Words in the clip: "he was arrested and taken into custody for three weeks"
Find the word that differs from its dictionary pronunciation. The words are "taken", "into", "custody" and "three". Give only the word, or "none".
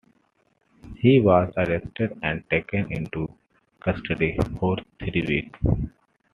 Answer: three